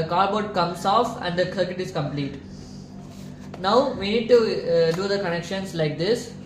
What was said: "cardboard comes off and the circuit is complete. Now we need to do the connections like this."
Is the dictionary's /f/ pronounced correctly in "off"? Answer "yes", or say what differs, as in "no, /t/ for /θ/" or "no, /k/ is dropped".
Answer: yes